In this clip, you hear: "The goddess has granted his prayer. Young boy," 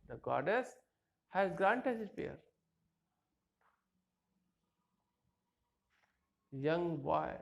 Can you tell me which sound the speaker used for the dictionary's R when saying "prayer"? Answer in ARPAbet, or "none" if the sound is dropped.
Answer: none